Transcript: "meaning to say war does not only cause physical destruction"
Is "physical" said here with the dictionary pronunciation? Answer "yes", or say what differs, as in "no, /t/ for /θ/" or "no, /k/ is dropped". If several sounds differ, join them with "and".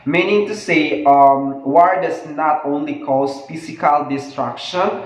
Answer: no, /s/ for /z/